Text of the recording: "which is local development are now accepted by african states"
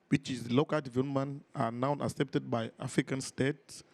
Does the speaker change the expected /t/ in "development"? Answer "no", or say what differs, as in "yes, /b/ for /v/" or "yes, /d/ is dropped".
yes, /t/ is dropped